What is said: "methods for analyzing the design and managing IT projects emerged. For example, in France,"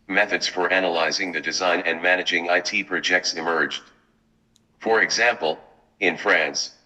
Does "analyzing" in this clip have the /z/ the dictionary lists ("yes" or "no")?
yes